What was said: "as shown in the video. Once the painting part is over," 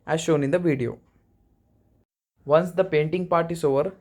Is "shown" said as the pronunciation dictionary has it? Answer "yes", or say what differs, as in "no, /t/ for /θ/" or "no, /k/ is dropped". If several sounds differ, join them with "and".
yes